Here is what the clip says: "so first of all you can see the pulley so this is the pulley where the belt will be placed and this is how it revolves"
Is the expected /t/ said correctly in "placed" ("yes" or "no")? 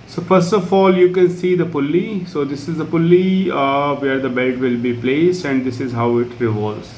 yes